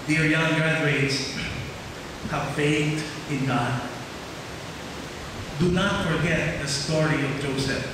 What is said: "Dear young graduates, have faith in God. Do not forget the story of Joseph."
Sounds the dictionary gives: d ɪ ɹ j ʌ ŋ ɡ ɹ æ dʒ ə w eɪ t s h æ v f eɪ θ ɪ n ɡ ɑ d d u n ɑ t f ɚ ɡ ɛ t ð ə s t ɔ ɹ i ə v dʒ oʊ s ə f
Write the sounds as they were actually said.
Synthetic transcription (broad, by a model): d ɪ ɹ j ʌ ŋ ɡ ɹ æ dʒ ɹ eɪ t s h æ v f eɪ t ɪ n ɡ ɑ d d u n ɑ t f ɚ ɡ ɛ t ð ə s t ɔ ɹ i ə v dʒ oʊ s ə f